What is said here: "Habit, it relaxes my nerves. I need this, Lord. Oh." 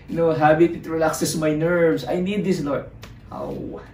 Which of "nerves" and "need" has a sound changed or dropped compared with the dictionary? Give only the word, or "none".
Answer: nerves